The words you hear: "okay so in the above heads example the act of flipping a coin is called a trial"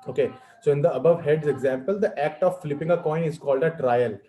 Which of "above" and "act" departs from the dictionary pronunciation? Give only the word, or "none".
none